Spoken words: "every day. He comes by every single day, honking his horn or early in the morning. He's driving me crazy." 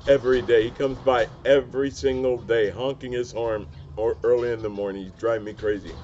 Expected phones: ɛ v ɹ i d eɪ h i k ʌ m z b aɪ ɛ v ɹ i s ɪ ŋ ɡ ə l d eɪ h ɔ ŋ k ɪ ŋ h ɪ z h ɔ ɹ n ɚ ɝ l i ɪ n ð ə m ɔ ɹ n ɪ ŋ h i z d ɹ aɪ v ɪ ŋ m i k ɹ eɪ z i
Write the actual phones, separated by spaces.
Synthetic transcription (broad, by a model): ɛ v ɹ i d eɪ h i k ʌ m z b aɪ ɛ v ɹ i s ɪ ŋ ɡ l d eɪ h ɔ ŋ k ɪ ŋ ɪ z h ɔ ɹ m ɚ ɝ l i ɪ n ð ə m ɔ ɹ n ɪ ŋ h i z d ɹ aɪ ɪ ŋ m i k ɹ eɪ z i